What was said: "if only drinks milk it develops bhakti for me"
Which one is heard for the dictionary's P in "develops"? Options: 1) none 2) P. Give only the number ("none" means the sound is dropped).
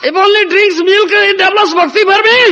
1